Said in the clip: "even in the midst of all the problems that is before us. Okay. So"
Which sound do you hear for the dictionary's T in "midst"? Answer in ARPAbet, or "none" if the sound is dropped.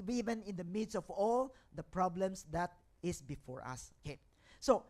none